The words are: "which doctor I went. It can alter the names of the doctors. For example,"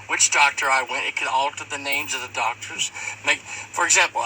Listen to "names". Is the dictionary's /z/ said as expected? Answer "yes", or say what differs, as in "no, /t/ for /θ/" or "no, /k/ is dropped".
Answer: yes